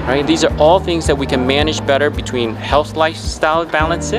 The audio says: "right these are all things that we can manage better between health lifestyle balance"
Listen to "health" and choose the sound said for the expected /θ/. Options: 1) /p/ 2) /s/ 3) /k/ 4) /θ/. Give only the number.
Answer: 4